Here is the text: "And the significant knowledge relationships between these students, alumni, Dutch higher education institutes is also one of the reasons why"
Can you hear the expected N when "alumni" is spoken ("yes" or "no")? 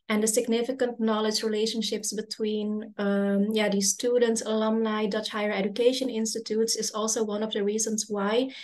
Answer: no